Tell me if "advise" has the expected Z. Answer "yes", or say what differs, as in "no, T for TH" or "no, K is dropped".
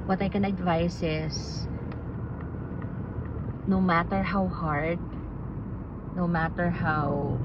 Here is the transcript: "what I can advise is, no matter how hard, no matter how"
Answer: no, S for Z